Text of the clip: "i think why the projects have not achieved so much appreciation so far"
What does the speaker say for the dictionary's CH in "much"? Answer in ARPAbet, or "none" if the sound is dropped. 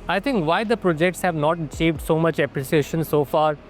CH